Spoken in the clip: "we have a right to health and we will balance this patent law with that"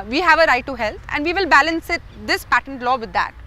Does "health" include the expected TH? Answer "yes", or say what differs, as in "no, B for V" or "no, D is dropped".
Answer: no, T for TH